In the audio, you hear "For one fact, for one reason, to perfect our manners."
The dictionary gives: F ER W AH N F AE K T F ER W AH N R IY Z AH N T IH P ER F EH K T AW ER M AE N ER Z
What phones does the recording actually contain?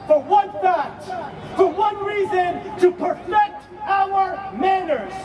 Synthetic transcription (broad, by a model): F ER W AH N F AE T F ER W AH N R IY Z AH N T IH P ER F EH K T AW ER M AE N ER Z